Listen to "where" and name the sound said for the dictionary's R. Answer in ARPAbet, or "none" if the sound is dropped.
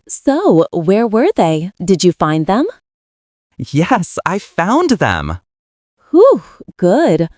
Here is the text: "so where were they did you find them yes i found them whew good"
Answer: R